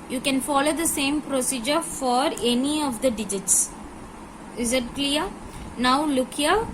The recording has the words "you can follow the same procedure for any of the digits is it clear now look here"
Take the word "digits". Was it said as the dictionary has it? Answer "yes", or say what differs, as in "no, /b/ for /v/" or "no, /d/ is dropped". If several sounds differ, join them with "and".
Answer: yes